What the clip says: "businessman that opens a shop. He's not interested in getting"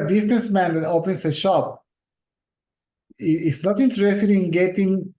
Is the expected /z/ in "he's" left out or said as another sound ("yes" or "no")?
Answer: yes